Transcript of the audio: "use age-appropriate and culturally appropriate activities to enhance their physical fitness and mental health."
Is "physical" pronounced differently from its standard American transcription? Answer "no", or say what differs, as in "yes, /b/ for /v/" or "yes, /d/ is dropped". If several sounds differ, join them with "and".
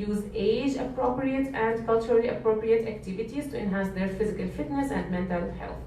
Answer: no